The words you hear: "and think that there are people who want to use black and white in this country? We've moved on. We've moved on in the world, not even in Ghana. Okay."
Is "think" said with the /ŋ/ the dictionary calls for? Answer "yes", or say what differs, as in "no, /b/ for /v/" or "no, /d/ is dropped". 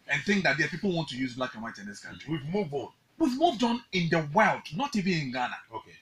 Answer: yes